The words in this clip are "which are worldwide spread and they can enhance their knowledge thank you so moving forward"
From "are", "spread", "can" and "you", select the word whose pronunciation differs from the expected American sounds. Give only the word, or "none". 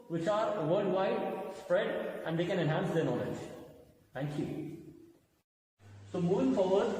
none